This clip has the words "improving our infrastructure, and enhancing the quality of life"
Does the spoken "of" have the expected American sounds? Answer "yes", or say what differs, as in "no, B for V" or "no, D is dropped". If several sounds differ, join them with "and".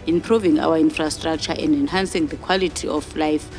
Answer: no, F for V